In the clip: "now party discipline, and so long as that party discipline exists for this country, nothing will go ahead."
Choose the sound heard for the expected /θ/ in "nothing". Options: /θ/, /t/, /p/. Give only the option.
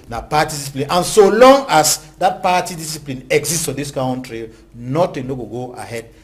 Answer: /t/